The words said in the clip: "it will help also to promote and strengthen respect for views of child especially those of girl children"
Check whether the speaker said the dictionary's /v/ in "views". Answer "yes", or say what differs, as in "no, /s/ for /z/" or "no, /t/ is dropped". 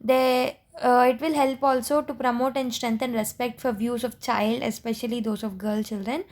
yes